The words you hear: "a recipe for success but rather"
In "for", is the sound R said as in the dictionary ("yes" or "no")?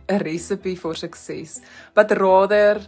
yes